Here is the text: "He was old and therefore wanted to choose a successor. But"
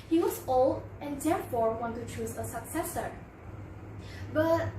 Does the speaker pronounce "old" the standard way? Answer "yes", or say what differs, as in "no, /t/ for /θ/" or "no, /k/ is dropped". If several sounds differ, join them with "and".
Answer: no, /d/ is dropped